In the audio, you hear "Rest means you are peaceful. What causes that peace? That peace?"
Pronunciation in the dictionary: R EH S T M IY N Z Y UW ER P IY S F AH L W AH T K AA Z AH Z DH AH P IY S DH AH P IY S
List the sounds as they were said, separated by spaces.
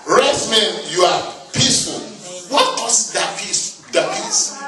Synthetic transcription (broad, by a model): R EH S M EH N Y UW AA P IY S F AH L W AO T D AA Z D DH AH P IY S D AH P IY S